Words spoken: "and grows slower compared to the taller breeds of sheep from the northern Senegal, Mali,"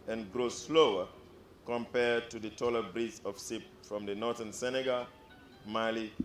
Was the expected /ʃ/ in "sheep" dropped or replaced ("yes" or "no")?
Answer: yes